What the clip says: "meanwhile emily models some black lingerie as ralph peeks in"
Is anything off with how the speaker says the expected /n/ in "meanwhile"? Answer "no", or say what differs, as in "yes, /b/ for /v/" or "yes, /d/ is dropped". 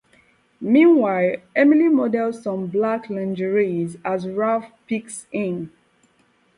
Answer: no